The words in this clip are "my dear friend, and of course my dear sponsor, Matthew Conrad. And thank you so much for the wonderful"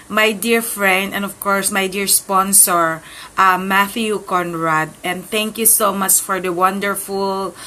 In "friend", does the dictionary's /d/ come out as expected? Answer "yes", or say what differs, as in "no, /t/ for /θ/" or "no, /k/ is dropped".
yes